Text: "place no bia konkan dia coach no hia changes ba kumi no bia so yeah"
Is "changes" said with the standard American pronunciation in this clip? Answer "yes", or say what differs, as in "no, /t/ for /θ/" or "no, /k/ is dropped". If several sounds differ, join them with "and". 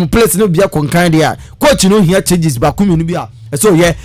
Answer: no, /n/ is dropped and /s/ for /z/